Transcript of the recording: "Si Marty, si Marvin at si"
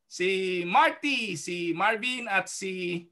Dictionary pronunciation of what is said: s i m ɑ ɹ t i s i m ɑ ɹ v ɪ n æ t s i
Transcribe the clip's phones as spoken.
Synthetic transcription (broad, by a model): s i m ɑ ɹ t i s i m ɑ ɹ b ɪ n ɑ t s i